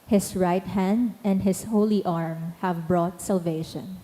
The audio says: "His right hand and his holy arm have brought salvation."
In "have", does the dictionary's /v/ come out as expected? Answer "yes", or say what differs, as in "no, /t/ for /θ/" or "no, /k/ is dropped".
yes